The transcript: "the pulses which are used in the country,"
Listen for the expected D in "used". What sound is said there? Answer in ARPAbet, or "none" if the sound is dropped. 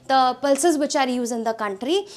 none